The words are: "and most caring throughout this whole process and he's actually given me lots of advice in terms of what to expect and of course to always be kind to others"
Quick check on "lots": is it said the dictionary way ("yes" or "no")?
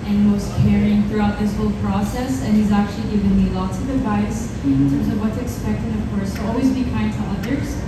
no